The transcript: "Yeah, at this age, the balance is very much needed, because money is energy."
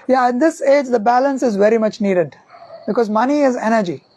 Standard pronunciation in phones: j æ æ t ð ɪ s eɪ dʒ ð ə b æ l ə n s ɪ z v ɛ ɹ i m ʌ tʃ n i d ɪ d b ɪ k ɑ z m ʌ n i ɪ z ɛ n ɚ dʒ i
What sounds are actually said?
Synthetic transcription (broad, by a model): j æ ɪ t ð ɪ s eɪ dʒ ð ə b æ l ə n s ɪ z v ɛ ɹ i m ʌ tʃ n i d ɪ d b ɪ k ɑ z m ʌ n i ɪ z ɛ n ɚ dʒ i